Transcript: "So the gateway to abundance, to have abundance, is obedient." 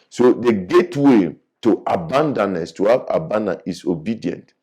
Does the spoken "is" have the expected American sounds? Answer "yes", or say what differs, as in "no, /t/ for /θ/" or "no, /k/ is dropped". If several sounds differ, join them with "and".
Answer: no, /s/ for /z/